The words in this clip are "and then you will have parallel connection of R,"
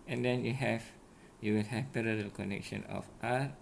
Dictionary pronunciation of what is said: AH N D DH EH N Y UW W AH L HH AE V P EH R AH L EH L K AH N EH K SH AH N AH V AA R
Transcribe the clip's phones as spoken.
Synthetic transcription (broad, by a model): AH N D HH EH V Y UW W AH L HH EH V P EH R AH L EH L K AH N EH K SH AH N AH F AA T